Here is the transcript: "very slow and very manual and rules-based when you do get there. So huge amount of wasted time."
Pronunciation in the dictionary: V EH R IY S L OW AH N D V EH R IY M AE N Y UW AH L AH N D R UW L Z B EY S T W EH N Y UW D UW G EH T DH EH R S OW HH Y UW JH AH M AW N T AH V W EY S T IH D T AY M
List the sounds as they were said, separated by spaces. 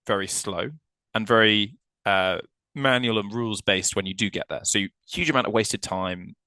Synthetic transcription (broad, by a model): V EH R IY S L OW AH N V EH R IY M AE N Y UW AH L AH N R UW L Z B EY S T W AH N Y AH D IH G EH T DH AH S OW HH Y UW JH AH M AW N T AH V W EY S T IH D T AY M